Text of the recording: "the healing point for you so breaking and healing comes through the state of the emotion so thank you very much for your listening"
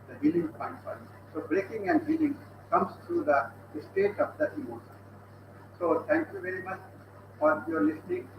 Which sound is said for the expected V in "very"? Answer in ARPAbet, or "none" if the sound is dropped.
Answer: V